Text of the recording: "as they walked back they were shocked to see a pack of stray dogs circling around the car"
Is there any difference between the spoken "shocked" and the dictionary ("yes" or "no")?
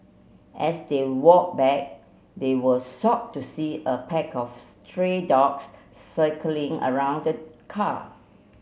yes